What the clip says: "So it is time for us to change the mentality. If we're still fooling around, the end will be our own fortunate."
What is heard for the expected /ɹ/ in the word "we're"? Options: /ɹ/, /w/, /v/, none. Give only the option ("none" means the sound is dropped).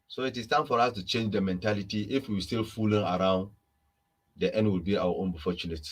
/w/